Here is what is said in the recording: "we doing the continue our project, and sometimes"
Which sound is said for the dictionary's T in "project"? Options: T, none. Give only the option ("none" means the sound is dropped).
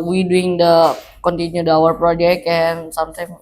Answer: none